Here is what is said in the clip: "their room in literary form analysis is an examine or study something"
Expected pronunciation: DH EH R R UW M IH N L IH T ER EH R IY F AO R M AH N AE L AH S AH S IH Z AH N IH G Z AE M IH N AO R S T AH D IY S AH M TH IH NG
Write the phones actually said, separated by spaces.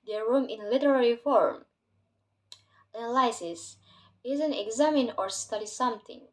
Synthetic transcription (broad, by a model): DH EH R R UW M IH N L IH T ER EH R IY F AO R M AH L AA AH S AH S IH Z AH N IH G Z AE M IH N AO R S T AH D IY S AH M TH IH NG